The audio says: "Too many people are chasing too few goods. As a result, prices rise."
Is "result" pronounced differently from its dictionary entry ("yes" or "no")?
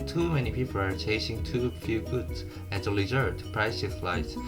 yes